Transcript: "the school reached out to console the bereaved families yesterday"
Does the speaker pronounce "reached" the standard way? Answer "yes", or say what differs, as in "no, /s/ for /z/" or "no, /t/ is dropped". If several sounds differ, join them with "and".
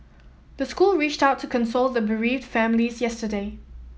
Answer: yes